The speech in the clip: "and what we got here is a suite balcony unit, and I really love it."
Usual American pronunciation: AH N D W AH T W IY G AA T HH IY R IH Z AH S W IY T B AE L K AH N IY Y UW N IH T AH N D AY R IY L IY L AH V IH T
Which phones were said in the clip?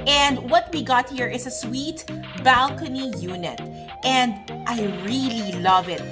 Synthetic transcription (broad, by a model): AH N D W AH T W IY G AA T HH IY R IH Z AH S W IY T B AE L K AH N IY Y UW N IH T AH N D AY R IY L IY L AH V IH T